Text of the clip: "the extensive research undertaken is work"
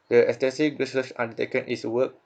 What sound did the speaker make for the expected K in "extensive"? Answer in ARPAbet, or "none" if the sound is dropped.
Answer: none